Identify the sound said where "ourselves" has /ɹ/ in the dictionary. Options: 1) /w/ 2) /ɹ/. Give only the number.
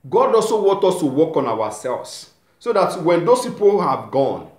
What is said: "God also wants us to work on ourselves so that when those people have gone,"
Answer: 1